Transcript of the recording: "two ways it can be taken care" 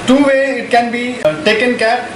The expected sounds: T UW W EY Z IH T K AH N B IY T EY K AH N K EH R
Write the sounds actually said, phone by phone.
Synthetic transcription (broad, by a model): T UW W EY IH T K AH N B IY T EY K AH N K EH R